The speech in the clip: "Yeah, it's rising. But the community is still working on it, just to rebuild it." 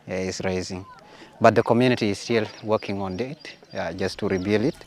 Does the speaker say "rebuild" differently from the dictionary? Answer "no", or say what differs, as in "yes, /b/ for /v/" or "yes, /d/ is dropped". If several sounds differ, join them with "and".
yes, /d/ is dropped